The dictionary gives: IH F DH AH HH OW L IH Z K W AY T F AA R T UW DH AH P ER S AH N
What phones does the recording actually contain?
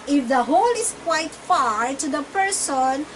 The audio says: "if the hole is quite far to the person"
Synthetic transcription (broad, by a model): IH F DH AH HH OW L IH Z K W AY T F AA R T UW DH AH P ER S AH N